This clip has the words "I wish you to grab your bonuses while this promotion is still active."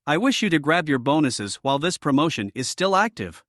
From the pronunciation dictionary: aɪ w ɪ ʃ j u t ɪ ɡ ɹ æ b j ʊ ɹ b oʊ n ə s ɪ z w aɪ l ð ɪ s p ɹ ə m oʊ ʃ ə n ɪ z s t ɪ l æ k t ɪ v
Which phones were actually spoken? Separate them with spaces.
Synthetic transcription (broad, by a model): aɪ w ɪ ʃ j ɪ t ɪ ɡ ɹ æ b j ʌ ɹ b oʊ n ə s ɪ z w aɪ l ð ɪ s p ɹ ə m oʊ ʃ ə n ɪ z s t ɪ l æ k t ɪ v